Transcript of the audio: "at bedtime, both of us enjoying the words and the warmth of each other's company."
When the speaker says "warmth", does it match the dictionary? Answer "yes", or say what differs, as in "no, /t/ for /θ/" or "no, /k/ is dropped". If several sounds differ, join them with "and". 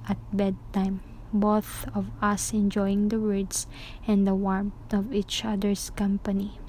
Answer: no, /t/ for /θ/